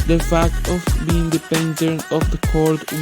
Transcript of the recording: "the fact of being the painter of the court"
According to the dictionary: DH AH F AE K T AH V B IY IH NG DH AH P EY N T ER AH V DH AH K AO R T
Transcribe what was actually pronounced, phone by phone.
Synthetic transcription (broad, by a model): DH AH F AE K T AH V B IY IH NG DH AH P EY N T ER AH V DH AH K AO R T